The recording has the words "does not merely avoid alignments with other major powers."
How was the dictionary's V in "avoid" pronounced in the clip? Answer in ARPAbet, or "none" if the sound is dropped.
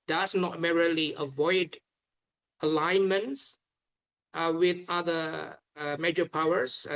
V